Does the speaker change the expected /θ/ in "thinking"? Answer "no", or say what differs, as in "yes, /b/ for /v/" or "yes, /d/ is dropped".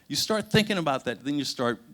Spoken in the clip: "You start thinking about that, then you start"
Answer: no